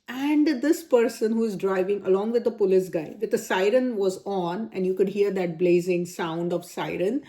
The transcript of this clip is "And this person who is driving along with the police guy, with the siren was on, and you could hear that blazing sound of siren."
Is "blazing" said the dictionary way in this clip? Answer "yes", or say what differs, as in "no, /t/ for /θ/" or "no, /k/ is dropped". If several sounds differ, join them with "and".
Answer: yes